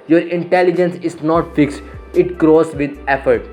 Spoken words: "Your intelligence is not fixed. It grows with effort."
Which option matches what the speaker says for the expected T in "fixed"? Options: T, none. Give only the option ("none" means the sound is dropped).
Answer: T